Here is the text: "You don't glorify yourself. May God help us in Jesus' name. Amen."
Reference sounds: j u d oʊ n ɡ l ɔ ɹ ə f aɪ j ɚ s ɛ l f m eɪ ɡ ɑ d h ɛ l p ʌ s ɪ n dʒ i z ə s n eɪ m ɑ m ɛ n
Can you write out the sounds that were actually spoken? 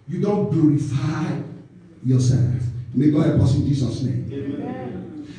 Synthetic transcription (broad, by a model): j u d oʊ n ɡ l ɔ ɹ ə f aɪ j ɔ s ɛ l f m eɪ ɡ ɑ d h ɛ p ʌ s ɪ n dʒ i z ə s n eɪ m m